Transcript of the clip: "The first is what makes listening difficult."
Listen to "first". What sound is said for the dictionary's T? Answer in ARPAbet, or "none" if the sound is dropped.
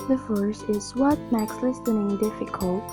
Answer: none